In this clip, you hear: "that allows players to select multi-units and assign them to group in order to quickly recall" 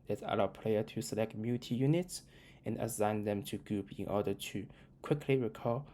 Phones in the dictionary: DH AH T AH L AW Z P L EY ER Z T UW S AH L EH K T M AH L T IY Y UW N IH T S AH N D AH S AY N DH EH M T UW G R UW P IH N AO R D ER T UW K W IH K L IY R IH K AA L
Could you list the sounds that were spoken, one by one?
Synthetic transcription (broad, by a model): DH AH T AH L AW P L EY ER T UW S AH L EH K T M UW T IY Y UW N IH T S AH N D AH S AY N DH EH M T UW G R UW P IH N AO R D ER T UW K W IH K L IY R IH K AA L